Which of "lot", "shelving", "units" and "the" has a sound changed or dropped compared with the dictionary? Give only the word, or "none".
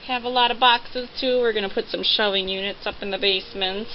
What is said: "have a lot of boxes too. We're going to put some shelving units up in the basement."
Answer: shelving